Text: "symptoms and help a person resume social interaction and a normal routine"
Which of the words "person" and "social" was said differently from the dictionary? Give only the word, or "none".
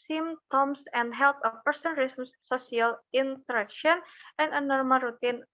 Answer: social